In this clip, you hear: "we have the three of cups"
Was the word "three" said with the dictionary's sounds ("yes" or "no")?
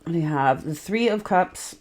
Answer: yes